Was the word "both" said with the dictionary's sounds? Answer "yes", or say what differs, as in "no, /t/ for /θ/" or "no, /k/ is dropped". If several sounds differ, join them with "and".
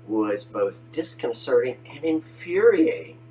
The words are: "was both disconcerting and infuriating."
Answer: yes